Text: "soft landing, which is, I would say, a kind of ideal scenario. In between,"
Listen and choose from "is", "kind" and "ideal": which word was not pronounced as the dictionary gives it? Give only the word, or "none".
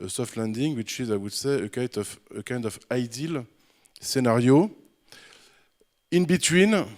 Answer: none